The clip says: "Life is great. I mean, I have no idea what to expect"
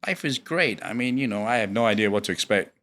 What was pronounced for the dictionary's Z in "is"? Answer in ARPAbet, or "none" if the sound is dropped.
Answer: Z